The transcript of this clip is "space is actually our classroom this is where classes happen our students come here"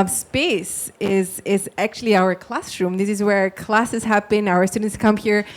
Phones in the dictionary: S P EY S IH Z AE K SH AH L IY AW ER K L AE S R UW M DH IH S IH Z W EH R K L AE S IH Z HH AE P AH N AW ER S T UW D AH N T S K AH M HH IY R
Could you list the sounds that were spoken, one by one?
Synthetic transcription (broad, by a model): S P EY S IH Z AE K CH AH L IY AW ER K L AE S R UW M DH IH S IH Z W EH R K L AE S IH Z HH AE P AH N AW ER S T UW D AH N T S K AH M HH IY R